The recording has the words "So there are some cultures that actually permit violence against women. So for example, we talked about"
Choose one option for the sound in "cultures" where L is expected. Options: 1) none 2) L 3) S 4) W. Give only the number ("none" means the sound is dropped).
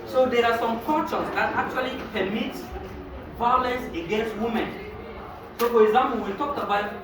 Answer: 1